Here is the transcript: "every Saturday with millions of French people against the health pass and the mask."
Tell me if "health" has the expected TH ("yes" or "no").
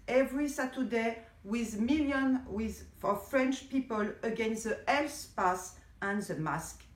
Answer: no